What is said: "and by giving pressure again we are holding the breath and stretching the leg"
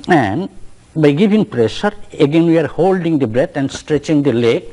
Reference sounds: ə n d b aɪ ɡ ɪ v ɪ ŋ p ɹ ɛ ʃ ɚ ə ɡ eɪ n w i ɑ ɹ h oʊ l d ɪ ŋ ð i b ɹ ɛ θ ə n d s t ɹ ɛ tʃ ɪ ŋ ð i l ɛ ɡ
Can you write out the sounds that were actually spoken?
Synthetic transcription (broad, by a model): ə n d b aɪ ɡ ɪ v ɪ ŋ p ɹ ɛ ʃ ɚ ə ɡ eɪ n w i ɑ ɹ h oʊ l d ɪ ŋ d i b ɹ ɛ t ə n d s t ɹ ɛ tʃ ɪ ŋ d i l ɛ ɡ